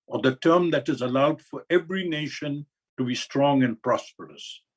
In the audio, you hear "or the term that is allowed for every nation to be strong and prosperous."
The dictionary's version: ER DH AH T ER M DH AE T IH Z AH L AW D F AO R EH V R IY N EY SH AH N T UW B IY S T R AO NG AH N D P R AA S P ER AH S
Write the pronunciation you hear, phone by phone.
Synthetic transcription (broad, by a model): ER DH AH T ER M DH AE T IH Z AH L AW D F AO R EH V R IY N EY SH AH N T UW B IY S T R AO NG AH N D P R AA S P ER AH S